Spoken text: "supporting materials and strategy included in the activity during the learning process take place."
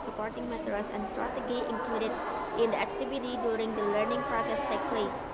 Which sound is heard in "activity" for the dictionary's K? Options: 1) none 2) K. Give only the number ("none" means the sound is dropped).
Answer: 2